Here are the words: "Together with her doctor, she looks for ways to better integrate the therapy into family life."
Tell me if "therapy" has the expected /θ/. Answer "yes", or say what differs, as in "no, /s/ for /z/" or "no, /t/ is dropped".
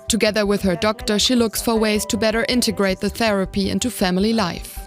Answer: yes